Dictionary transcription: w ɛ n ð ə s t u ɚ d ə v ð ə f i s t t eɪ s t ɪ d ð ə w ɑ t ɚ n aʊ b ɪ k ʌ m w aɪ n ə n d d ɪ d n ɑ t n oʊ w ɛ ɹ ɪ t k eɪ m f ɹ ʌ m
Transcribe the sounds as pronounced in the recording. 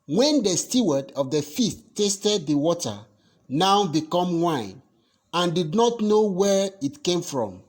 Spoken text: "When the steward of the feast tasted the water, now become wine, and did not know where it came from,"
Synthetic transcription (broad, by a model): w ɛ n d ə s t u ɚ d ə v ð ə f i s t t eɪ s t ɪ d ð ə w ɑ t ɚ n aʊ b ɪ k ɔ m w aɪ n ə n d d ɪ d n ɑ t n oʊ w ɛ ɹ ɪ t k eɪ m f ɹ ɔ m